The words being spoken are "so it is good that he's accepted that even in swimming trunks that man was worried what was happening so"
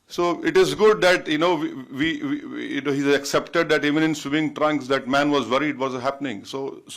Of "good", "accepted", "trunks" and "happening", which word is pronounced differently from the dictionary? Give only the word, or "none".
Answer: none